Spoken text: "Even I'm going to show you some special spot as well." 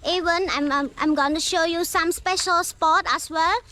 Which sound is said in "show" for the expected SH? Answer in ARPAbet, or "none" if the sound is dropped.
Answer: SH